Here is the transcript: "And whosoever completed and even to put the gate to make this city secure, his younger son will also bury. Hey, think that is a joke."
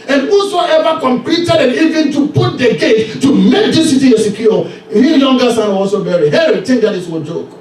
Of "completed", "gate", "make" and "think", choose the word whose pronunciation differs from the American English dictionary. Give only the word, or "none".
think